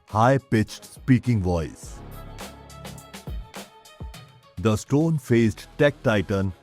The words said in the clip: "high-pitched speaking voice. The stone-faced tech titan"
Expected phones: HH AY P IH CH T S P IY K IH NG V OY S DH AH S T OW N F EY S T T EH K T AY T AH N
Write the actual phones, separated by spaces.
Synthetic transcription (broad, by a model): HH AY P IH CH T S P IY K IH NG V OY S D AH S T OW N F EY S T T EH K T AY T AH N